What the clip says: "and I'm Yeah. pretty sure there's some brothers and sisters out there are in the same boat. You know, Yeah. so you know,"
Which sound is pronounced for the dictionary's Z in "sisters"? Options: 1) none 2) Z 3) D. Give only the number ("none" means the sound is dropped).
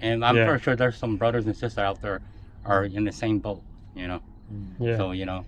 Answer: 1